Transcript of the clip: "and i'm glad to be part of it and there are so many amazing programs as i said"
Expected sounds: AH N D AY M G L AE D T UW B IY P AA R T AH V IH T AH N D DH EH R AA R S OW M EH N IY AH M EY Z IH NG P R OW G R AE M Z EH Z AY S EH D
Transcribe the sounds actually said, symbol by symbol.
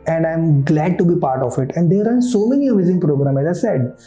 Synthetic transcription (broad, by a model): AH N D AY M G L AE D T UW B IY P AA R T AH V IH T AH N D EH R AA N S OW M EH N IY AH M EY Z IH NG P R OW G R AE M EH Z AY S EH D